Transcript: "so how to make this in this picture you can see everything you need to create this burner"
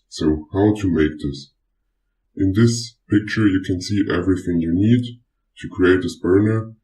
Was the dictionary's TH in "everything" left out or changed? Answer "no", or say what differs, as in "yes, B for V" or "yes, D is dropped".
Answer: no